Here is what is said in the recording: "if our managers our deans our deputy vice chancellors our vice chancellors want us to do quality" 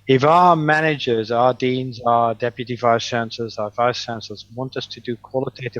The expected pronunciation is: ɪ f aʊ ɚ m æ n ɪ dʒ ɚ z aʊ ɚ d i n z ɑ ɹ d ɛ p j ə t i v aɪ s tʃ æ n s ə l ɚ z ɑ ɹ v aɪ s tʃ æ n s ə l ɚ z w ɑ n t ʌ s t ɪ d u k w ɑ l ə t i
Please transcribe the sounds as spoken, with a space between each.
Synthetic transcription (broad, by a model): ɪ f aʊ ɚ m æ n ɪ dʒ ɚ z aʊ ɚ d i n z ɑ d ɛ p j ə t i v aɪ s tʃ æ n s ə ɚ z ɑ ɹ v aɪ s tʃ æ n s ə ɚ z w ɑ n t ʌ s t ɪ d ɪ k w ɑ l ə t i